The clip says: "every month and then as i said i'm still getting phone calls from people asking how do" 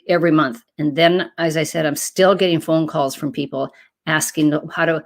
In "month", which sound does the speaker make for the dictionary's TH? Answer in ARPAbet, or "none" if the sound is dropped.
TH